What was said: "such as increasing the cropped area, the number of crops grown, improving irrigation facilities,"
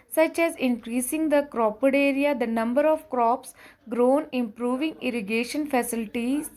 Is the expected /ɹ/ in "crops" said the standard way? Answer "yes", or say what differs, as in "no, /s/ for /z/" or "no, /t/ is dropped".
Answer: yes